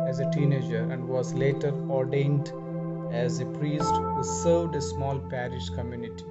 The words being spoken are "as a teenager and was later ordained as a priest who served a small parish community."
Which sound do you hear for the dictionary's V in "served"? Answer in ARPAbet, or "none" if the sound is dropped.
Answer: none